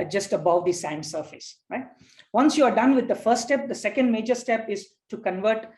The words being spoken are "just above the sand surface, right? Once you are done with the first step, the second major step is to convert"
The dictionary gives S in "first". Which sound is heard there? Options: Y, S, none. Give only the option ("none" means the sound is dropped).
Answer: none